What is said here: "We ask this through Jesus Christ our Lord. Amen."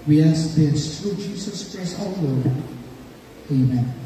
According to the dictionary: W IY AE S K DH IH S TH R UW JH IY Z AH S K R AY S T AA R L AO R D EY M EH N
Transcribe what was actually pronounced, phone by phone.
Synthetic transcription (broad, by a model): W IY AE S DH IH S T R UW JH IY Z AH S K R AY S T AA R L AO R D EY M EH N